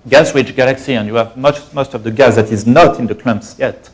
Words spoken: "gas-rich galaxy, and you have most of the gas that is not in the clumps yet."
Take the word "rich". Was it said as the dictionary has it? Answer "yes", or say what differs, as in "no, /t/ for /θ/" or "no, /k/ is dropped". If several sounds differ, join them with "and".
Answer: no, /w/ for /ɹ/